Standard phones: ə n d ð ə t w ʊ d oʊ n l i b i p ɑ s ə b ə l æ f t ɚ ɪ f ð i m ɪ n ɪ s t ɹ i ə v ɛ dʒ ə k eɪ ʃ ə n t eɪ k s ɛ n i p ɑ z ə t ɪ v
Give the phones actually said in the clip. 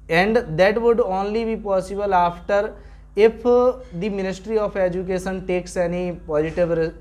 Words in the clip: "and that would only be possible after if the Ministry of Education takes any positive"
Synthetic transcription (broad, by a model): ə n d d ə t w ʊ d oʊ n l i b i p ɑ s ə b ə l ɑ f t ɚ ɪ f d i m ɪ n ɪ s t ɹ i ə p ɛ dʒ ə k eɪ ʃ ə n t eɪ k s ɛ n i p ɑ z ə t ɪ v